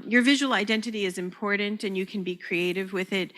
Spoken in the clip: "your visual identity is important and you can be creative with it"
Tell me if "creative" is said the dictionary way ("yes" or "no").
yes